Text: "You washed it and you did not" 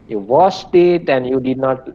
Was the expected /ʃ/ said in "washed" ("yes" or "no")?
no